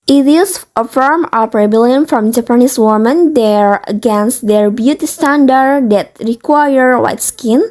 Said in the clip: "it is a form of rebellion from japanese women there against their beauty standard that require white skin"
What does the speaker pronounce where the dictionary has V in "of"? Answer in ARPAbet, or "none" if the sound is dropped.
P